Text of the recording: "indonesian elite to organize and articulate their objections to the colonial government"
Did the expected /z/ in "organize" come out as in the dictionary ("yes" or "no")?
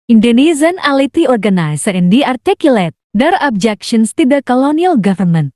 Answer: no